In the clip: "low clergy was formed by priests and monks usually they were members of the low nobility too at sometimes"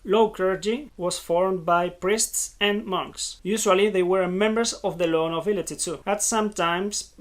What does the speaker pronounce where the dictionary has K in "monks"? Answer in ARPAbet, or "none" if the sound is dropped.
K